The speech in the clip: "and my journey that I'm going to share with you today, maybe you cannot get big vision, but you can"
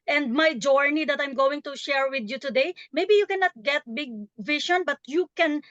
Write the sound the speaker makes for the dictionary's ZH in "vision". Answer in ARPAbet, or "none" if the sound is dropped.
SH